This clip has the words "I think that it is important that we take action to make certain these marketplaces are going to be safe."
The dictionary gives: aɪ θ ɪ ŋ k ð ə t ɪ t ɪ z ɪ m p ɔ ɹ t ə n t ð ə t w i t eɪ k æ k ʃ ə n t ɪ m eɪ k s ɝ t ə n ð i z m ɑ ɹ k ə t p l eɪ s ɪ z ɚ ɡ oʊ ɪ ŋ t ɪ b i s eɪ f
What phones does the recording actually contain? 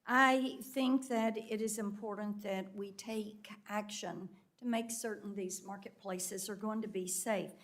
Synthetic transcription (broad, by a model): aɪ θ ɪ ŋ k ð ə t ɪ t ɪ z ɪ m p ɔ ɹ t n ð ə t w i t eɪ k æ k ʃ ə n t ɪ m eɪ k s ɝ t n ð i z m ɑ ɹ k ə t p l eɪ s ɪ z ɚ ɡ oʊ ɪ ŋ t ɪ b i s eɪ f